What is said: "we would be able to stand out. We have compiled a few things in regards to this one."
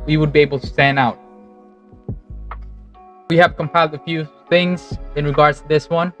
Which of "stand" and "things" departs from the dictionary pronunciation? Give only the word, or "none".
stand